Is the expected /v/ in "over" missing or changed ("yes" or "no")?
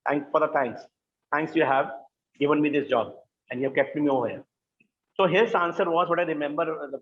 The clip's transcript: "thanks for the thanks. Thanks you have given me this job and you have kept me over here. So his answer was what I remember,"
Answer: yes